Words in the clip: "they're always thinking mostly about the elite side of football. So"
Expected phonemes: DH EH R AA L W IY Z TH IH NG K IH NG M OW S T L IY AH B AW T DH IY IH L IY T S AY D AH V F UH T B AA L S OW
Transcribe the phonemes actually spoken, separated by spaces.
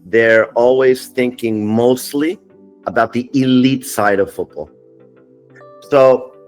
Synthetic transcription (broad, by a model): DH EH R AA L W IY Z TH IH NG K IH NG M OW S T L IY AH B AW T DH IY IH L IY T S AY D AH V F UH T B AA L S OW